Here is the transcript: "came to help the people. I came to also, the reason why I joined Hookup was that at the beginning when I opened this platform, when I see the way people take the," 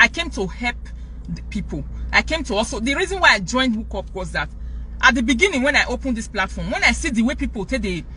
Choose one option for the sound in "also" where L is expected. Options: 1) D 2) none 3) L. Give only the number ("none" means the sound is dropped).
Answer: 2